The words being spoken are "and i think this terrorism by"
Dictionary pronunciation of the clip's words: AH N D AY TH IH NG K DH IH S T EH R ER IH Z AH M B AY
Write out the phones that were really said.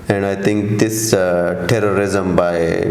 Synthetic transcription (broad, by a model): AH N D AY T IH NG K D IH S T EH R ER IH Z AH M B AY